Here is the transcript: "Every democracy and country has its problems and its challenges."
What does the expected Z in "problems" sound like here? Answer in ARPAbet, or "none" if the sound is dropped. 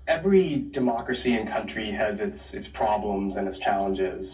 Z